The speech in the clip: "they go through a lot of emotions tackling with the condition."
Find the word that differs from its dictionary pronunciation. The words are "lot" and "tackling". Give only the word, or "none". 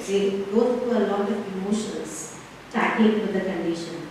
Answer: tackling